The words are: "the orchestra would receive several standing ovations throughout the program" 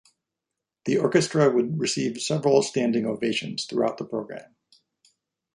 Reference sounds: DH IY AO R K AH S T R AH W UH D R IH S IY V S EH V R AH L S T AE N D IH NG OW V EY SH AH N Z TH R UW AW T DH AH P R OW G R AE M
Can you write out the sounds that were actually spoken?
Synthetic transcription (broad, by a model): DH IY AO R K AH S T R AH W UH D R IH S IY V S EH V R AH L S T AE N D IH NG OW V EY SH AH N Z TH R UW AW T DH AH P R OW G R AE M